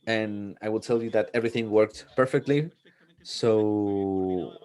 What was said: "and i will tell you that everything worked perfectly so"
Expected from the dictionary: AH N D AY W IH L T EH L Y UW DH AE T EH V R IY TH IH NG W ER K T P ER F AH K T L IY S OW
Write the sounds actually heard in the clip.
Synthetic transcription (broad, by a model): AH N AY W IH L T EH L Y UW DH AE T EH V R IY TH IH NG W ER K T P ER F AH K T L IY S OW